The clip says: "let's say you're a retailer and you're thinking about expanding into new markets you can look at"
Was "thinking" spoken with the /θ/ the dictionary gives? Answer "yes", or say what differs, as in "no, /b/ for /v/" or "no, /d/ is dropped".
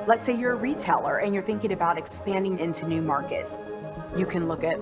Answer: yes